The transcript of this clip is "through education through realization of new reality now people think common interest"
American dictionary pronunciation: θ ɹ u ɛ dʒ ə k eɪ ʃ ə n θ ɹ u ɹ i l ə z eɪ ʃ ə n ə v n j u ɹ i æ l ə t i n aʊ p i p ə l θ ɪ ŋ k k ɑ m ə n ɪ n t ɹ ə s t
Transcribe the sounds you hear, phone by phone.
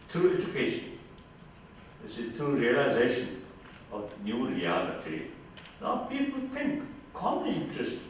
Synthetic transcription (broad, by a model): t ɹ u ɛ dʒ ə k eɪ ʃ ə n s ɹ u ɹ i l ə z eɪ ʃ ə n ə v n j u ɹ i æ l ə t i n aʊ p i p ə l t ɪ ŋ k k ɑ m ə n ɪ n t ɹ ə s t